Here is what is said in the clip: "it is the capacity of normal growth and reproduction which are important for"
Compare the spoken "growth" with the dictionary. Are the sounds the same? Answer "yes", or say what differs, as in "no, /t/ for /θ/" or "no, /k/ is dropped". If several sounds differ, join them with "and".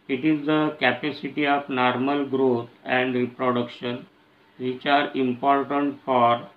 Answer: no, /t/ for /θ/